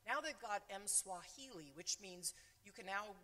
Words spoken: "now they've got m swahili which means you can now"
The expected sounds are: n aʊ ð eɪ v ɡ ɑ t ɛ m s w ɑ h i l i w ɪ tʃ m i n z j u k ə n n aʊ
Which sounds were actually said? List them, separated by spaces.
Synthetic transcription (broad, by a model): n aʊ ð eɪ v ɡ ɑ t ɛ m s w ɑ h i l i w ɪ tʃ m i n z j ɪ k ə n n aʊ